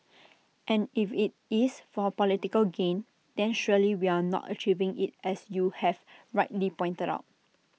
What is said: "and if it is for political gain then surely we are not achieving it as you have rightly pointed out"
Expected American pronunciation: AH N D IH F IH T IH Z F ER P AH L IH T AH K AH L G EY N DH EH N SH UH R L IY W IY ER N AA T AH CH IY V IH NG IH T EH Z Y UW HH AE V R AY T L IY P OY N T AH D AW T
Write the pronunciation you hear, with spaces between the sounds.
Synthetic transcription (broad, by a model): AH N IH F IH T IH S F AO P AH L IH T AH K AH L G EY N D EH N SH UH L IY W IY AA N AA T AH CH IY V IH NG IH T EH S Y UW HH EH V R AY T L IY P OY N T AH D AW T